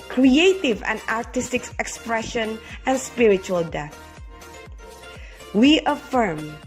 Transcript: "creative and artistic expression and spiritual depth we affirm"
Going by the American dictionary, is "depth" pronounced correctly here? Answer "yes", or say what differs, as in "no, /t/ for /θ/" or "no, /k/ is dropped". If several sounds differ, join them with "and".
no, /p/ is dropped